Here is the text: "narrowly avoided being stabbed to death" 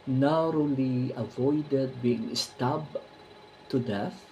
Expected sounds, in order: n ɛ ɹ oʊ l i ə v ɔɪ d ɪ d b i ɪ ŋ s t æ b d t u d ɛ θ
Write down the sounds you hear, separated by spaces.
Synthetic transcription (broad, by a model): n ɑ ɹ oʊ l i ə v ɔɪ d ɪ d b i ɪ ŋ s t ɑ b t u d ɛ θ